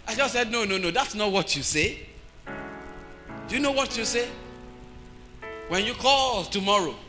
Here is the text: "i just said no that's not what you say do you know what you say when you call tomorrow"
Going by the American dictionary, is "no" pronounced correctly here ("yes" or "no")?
yes